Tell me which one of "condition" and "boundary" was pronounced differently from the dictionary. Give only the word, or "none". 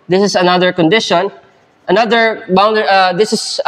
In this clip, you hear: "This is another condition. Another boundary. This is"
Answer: boundary